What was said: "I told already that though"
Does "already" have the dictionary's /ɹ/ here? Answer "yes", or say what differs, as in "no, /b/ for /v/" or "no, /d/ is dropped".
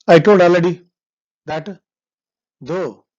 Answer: no, /ɹ/ is dropped